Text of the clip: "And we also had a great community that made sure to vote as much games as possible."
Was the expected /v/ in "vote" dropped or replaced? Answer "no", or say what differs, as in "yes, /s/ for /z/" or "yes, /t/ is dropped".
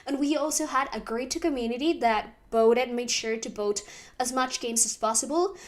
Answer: yes, /b/ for /v/